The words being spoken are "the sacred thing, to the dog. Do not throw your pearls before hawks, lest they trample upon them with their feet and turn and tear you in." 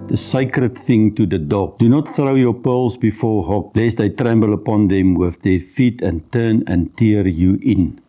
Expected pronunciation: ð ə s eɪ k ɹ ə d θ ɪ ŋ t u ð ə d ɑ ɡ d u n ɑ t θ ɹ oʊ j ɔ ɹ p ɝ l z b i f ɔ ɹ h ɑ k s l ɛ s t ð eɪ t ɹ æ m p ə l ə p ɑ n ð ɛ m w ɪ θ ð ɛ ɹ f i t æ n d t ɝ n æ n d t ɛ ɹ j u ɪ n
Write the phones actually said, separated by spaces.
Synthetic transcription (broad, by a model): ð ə s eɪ k ɹ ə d θ ɪ ŋ t u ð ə d ɑ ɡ d u n ɑ t θ ɹ oʊ j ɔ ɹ p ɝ l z b i f ɔ ɹ h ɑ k l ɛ s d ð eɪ t ɹ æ m b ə l ə p ɑ n ð ɛ m w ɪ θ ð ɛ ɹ f i t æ n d t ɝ n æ n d t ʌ ɹ j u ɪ n